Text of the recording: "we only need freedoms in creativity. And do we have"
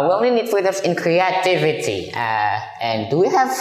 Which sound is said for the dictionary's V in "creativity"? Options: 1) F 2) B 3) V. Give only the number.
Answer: 3